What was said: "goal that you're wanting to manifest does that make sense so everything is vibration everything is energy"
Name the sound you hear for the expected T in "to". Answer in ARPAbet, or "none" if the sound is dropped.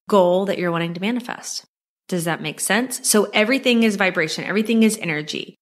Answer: T